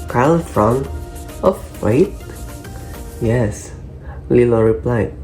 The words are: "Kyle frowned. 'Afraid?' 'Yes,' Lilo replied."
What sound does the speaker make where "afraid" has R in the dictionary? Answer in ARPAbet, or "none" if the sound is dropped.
none